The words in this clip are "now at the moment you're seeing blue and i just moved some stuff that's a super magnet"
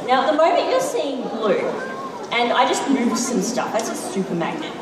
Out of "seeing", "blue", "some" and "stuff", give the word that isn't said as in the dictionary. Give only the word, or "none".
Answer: none